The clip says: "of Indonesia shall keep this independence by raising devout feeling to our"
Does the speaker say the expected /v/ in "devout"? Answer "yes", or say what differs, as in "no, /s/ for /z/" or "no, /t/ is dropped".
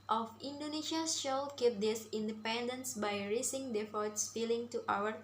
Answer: no, /f/ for /v/